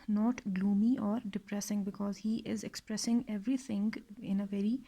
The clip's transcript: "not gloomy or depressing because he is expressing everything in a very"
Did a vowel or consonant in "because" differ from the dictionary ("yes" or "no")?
no